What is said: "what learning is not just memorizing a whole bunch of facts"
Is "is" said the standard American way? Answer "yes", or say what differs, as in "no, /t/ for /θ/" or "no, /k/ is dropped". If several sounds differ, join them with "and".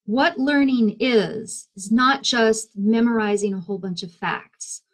yes